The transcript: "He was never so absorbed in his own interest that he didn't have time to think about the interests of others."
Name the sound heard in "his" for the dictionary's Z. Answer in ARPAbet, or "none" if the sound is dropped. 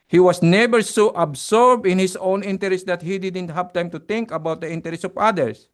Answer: S